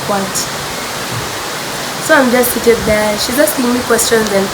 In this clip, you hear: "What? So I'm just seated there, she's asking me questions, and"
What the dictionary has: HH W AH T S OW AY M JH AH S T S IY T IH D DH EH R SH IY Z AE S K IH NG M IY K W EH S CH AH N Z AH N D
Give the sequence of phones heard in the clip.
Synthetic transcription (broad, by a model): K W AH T S OW AY M JH AH S T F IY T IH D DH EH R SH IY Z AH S IH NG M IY K W EH S CH AH N Z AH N